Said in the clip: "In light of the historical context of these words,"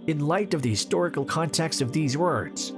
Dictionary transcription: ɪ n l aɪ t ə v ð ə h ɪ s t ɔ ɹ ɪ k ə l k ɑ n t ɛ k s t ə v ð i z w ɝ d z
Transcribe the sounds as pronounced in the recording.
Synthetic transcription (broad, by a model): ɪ n l aɪ t ə v ð ə h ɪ s t ɔ ɹ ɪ k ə l k ɑ n t ɛ k s t ə v ð i z w ɝ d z